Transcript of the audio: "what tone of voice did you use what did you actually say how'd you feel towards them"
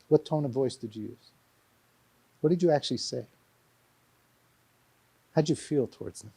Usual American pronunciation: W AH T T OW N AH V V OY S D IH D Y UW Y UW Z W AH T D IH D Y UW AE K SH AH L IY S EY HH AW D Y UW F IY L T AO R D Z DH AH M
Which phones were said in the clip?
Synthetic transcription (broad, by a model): W AH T T OW N AH V V OY S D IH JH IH Y UW Z W AH T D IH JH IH AE K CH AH L IY S EY HH AW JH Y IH F IY L T AO R D Z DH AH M